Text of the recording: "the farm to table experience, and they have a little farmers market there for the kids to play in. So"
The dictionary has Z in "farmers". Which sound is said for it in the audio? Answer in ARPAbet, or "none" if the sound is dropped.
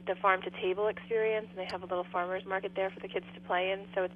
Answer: Z